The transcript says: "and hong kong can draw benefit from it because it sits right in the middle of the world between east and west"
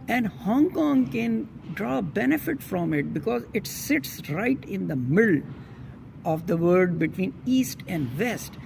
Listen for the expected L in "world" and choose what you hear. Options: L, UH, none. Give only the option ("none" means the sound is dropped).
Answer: none